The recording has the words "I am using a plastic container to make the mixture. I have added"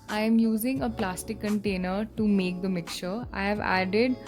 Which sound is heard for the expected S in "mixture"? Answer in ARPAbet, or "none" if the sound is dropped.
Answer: none